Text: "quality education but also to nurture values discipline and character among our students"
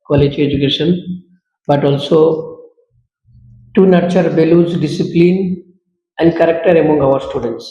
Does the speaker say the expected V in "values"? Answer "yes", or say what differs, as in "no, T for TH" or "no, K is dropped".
no, B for V